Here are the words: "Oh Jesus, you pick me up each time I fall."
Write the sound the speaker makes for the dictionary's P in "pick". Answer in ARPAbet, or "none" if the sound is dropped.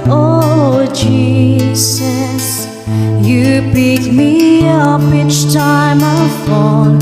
B